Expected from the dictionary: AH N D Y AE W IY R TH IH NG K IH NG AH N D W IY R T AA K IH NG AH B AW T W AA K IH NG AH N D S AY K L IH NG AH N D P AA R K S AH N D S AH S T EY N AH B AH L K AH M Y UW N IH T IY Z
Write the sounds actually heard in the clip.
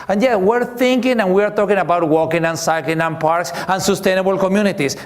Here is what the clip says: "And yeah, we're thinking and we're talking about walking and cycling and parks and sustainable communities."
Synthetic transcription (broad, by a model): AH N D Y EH W IY R TH IH NG K IH NG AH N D W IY R T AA K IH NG AH B AW T W AA K IH NG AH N S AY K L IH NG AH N P AA R K S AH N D S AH S T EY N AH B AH L K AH M Y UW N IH T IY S